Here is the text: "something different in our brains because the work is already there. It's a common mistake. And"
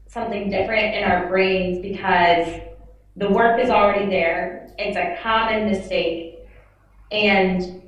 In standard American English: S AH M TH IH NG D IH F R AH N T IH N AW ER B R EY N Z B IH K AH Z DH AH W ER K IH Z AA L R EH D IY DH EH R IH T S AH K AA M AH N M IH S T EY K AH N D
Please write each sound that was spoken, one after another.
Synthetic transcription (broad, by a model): S AH M TH IH NG D IH F R AH N T IH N AW ER B R EY N Z B IH K AH Z DH AH W ER K IH Z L R EH D IY DH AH R IH T S AH K AA M AH N M IH S T EY K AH N